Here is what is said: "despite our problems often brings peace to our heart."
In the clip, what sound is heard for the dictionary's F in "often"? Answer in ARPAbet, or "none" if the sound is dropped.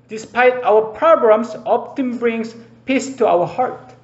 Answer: P